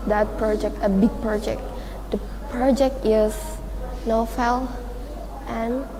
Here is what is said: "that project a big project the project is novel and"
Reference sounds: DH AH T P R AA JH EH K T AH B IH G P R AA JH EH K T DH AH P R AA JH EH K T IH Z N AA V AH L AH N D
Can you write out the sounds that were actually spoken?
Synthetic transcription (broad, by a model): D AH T P R AA JH EH K T AH B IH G P R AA JH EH K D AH P R AA JH EH K T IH S N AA F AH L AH N